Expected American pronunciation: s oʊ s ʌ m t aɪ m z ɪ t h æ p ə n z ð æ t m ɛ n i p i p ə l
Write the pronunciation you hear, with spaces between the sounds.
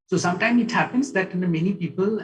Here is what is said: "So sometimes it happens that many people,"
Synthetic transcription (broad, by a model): s oʊ s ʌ m t aɪ m ɪ t h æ p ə n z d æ t m ɛ n i p i p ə l